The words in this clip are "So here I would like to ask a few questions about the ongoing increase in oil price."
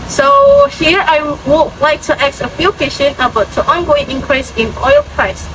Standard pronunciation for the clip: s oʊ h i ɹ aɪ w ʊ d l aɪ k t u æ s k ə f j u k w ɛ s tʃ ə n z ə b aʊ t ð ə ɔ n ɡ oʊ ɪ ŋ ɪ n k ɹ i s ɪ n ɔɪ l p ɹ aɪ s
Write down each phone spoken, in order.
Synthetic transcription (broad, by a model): s oʊ h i ɹ aɪ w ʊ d l aɪ k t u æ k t ə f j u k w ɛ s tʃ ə n ə b aʊ t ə ɔ n ɡ oʊ ɪ ŋ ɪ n k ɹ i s ɪ n ɔɪ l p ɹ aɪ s